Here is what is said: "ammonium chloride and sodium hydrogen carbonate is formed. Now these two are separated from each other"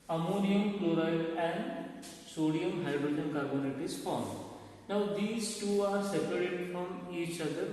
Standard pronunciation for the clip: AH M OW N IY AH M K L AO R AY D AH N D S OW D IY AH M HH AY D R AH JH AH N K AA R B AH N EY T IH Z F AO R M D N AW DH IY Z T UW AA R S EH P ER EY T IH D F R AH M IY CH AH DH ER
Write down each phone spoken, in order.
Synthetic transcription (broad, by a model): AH M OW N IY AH M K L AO R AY AH N D S OW D IY AH M HH AY D R AH JH AH N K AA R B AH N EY T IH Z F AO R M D N AW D IY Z T UW AA R S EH P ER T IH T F R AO M IY CH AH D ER